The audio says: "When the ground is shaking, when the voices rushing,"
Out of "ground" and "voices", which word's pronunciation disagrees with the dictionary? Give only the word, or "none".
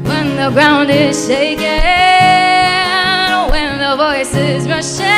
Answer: none